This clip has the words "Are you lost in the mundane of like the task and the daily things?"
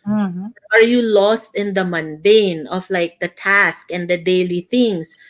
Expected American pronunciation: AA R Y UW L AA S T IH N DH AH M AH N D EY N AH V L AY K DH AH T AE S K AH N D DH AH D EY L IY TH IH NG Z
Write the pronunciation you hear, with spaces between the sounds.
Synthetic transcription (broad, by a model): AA R Y UW L AA S T IH N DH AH M AH N D EY N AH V L AY K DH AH T AE S K AH N D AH D EY L IY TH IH NG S